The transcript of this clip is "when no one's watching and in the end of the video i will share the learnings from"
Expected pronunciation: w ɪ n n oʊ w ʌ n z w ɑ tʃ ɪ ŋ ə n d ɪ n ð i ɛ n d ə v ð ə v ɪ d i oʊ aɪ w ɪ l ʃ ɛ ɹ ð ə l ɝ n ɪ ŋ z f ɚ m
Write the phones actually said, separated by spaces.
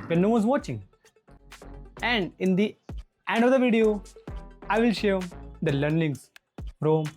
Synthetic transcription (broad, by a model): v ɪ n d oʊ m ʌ z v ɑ tʃ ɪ ŋ ə n d ɪ n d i ɛ n d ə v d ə v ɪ d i oʊ aɪ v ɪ l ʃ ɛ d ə l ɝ n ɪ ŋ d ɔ m